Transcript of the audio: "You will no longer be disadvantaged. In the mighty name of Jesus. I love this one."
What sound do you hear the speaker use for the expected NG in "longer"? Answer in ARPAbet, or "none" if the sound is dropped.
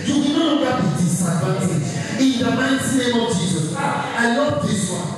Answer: none